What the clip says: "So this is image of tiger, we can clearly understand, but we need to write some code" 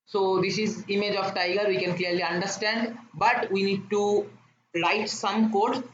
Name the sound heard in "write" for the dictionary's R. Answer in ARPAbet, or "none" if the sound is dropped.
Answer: L